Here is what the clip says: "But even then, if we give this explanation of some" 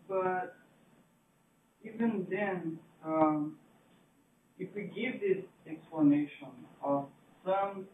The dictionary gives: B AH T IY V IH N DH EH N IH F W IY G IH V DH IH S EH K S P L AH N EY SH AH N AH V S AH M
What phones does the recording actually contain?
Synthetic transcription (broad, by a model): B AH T IY V IH N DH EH N IH F W IY G IH V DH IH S EH K S P L AH N EY SH AH N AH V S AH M